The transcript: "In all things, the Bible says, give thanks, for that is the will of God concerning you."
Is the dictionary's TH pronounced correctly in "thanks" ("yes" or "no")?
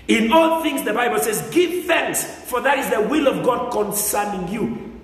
yes